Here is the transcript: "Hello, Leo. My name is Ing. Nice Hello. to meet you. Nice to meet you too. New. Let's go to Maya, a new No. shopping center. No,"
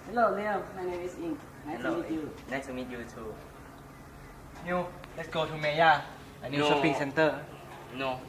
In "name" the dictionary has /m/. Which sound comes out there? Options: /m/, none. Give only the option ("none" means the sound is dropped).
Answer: none